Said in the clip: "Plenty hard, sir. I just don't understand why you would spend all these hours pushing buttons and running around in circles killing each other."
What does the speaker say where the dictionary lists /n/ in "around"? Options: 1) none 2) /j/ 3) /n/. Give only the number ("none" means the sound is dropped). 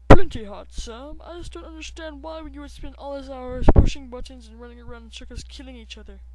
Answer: 1